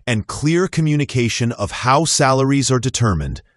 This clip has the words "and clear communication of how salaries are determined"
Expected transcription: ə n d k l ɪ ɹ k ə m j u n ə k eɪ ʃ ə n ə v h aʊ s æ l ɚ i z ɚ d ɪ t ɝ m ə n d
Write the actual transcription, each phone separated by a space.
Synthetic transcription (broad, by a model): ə n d k l ɪ ɹ k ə m j u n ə k eɪ ʃ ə n ə v h aʊ s æ l ɚ i z ɚ d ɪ t ɝ m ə n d